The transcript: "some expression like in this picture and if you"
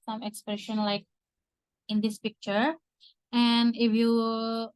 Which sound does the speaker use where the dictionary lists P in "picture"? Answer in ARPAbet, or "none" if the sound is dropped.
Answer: P